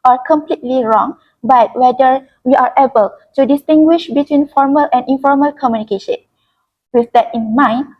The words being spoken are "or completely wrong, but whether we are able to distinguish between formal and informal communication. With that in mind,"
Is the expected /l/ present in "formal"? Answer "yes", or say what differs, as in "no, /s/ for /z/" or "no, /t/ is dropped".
yes